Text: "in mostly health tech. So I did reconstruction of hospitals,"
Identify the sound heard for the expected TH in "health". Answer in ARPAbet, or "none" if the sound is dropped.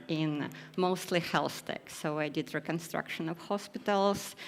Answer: S